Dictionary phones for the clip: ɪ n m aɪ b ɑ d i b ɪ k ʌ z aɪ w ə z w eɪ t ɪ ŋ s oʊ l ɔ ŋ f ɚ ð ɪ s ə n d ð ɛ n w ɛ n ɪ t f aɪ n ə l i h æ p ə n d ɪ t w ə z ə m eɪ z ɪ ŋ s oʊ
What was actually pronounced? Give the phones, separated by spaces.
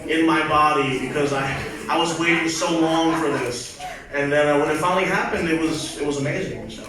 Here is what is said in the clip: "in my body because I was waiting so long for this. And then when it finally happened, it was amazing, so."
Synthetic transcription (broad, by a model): ɪ n m aɪ b ɑ d i b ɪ k ʌ z aɪ w ə z w eɪ t ɪ ŋ s oʊ l ɔ ŋ f ɚ ð ɪ s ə n ð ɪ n w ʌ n ɪ t f aɪ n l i h æ p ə n d ɪ t w ə z ə m eɪ z ɪ ŋ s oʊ